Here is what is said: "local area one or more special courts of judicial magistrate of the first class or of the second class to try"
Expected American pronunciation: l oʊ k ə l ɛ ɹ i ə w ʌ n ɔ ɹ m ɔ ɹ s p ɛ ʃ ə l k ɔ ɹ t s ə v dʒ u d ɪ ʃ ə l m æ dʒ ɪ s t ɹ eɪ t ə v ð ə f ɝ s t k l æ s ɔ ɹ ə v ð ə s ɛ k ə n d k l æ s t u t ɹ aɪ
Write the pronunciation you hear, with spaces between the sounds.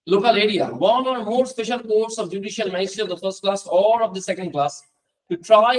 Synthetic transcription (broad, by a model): l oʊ k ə l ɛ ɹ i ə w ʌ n ɔ ɹ m ɔ ɹ s p ɛ ʃ ə l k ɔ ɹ t s ə v dʒ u d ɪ ʃ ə l m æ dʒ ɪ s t ʌ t ə v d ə f ɝ s t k l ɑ s ɔ ɹ ə v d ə s ɛ k ə n d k l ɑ s t u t ɹ aɪ